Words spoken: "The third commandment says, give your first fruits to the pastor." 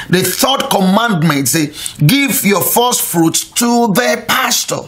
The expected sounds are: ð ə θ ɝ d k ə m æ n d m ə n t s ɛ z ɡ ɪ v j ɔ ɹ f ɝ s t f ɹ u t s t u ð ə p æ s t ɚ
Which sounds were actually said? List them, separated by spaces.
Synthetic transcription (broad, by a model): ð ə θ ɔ d k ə m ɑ n d m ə n t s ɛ ɡ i v j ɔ f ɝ s t f ɹ u t t u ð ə p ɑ s t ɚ